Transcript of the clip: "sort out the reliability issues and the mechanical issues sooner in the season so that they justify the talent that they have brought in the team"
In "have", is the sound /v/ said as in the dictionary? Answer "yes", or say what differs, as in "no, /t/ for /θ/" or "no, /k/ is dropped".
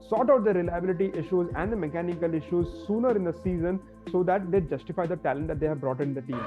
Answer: yes